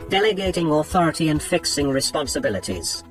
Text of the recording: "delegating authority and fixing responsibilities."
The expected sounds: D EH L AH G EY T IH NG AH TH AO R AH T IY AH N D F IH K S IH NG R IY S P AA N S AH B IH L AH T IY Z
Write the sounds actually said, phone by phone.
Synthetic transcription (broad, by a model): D EH L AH G EY T IH NG AH TH AO R AH T IY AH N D F IH K S IH NG R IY S P AA N S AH B IH L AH T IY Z